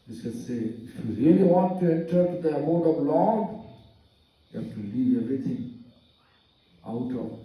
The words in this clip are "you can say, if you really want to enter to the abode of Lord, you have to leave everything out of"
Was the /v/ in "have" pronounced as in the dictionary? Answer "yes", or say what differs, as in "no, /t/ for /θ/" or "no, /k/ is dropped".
no, /f/ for /v/